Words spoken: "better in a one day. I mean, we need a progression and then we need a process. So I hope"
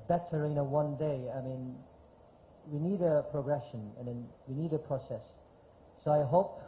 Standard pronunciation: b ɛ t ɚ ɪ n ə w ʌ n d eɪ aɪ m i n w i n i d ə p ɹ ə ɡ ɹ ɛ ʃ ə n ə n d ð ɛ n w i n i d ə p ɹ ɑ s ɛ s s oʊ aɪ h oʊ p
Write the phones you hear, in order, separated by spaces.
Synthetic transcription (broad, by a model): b ɛ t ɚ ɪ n ə w ʌ n d eɪ aɪ m i n w i n i d ə p ɹ ə ɡ ɹ ɛ ʃ ə n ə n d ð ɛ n w i n i d ə p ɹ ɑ s ɛ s s oʊ aɪ h oʊ p